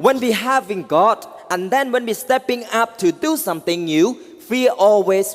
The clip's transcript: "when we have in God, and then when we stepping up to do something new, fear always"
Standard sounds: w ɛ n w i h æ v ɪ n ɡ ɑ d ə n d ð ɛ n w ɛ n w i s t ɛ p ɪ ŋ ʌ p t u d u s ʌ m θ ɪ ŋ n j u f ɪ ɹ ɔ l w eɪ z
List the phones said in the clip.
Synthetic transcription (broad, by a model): w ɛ n w i h æ v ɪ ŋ ɡ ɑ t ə n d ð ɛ n w ɛ n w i s t ɛ p ɪ ŋ ʌ p t u d u s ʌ m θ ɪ ŋ n j u f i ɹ ɔ l w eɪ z